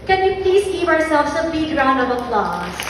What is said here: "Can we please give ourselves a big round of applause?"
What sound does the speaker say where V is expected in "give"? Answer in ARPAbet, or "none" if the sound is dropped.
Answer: P